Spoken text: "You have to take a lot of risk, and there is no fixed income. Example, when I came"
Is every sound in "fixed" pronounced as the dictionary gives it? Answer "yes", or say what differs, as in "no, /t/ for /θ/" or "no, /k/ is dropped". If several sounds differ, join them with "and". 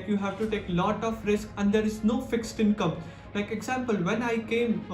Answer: yes